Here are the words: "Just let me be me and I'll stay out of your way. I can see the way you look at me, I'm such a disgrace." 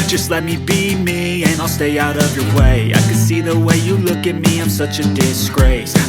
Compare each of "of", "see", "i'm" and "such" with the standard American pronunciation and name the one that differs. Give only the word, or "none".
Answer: none